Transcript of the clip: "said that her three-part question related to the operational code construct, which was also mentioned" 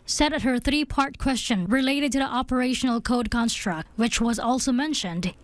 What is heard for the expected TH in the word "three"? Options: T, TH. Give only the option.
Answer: TH